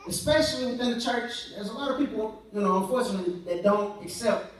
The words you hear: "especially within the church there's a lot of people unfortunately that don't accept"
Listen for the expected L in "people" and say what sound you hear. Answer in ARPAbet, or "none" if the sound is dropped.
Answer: N